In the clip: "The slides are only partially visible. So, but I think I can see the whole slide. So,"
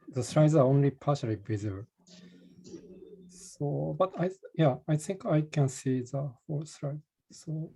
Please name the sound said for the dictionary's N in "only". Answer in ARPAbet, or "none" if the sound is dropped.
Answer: N